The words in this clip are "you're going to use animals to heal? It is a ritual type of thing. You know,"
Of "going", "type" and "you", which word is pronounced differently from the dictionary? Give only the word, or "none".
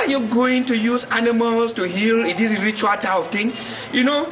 type